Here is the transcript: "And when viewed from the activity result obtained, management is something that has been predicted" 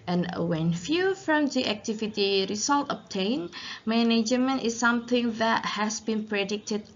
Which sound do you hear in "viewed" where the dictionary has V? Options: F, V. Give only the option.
F